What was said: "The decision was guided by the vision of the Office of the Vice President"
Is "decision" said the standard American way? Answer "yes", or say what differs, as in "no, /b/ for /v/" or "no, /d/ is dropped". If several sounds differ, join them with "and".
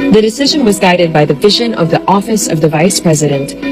yes